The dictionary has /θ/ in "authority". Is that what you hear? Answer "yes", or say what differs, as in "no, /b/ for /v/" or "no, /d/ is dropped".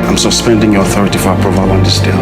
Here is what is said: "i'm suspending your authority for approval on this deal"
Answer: yes